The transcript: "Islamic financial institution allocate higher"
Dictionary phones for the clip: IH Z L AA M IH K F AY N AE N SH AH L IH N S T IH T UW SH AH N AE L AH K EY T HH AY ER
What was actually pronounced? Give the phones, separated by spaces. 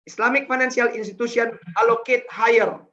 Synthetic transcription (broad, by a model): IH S L AA M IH K F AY N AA N S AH L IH N S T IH T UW S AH N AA L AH K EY T HH AY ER